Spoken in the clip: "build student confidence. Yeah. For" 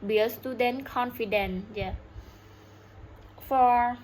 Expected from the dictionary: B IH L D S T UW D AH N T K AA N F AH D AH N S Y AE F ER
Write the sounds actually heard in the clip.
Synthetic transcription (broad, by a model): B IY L S T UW D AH N K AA N F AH D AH N Y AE F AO